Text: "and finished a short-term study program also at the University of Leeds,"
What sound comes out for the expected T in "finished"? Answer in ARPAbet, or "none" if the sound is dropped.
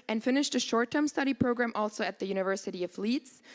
T